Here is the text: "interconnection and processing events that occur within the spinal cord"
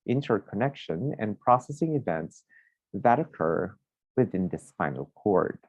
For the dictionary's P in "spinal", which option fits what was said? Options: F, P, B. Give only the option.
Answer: F